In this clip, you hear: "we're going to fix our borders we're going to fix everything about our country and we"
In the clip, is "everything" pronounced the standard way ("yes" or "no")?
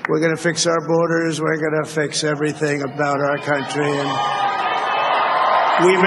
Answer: yes